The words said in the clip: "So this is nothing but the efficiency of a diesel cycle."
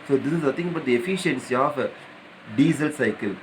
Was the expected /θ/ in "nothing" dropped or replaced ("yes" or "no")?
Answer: yes